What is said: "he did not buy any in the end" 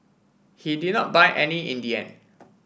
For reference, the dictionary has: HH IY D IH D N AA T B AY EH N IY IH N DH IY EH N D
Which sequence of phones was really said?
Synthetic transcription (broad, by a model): HH IY D IH D N AA T B AY EH N IY IH N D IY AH N